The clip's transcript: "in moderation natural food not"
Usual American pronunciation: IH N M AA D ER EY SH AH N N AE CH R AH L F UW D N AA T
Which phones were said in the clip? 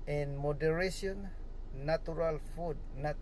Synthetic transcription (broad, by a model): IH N M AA D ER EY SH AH N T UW R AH L F UW D N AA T